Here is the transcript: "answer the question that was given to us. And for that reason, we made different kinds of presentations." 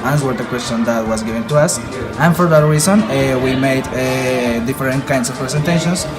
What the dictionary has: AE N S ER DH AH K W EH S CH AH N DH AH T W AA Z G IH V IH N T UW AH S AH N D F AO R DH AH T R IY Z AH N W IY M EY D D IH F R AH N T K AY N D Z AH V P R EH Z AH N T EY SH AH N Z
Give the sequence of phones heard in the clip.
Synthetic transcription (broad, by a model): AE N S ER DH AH K W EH S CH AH N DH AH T W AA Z G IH V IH N T UW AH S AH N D F AO R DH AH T R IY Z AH N W IY M EY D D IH F R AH N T K AY N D S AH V P R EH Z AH N T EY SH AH N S